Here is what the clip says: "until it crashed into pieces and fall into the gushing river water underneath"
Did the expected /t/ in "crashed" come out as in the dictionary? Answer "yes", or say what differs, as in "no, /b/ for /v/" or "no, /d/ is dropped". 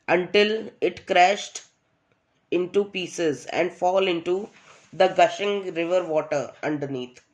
yes